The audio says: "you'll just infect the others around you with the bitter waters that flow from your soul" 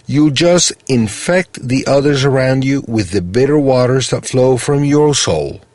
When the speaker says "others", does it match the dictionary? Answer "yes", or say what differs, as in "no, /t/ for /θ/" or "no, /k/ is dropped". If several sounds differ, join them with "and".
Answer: yes